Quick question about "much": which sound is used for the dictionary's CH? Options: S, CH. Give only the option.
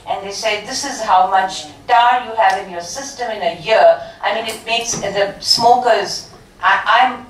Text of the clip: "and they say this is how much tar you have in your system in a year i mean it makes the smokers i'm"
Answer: CH